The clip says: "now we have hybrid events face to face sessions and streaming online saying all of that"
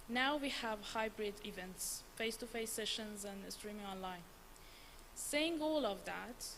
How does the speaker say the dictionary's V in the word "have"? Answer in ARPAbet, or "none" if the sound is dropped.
V